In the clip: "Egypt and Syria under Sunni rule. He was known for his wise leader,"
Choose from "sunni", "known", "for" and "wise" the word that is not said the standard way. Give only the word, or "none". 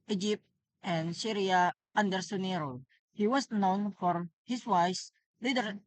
wise